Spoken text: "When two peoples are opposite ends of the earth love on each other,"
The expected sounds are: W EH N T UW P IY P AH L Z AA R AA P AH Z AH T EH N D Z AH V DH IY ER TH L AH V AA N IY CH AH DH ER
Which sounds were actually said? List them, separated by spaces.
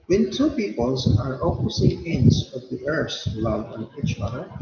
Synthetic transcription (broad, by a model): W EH N T UW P IY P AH L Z AA R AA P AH S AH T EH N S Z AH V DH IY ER S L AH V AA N IY CH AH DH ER